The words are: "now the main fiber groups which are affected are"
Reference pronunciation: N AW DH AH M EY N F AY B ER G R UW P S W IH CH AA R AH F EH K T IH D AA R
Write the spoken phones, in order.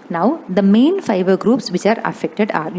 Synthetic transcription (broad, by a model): N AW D AH M EY N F AY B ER G R UW P S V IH CH AA R AH F EH K T IH D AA R